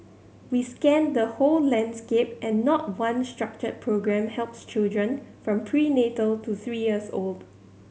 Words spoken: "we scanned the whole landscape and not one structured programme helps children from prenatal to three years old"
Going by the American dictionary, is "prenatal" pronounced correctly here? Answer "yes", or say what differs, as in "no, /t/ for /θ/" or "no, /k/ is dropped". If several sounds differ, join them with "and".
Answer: yes